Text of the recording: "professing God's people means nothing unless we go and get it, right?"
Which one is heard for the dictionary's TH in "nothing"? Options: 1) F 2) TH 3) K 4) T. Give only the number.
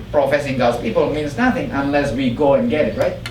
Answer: 2